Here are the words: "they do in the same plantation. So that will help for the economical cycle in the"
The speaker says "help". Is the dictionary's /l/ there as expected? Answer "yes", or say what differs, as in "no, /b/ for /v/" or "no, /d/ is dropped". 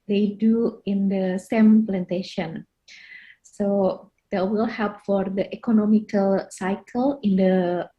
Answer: yes